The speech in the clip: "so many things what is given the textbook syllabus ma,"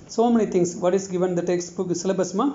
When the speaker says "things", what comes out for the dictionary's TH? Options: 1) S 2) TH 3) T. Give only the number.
3